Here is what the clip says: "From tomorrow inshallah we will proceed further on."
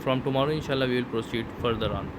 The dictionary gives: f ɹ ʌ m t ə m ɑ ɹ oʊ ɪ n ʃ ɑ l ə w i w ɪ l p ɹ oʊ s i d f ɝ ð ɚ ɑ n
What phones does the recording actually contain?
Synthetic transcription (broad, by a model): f ɹ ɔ m t ə m ɑ ɹ oʊ ɪ n ʃ ɑ l ə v i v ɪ l p ɹ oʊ s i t f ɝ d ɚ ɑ n